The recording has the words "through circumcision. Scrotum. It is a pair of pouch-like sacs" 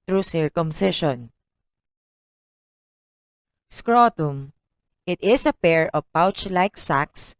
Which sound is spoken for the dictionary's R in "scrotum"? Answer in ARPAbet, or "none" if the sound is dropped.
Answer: R